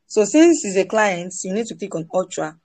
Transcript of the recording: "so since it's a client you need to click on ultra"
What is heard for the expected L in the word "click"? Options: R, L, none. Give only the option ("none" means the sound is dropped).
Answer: none